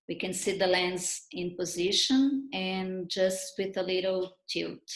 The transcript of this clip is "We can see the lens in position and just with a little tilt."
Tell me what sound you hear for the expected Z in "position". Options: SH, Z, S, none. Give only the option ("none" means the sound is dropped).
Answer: Z